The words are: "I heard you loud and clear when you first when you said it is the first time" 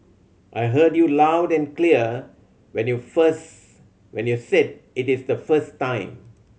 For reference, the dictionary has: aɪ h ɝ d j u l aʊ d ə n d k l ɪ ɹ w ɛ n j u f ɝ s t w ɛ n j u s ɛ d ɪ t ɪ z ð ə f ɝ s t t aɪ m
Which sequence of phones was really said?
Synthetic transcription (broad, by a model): aɪ h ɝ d j u l aʊ d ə n k l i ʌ w ɛ n j u f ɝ s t w ɛ n j u s ɛ d ɪ t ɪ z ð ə f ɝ s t t aɪ m